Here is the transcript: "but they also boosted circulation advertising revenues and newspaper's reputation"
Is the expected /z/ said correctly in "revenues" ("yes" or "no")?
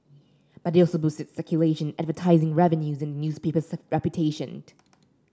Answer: yes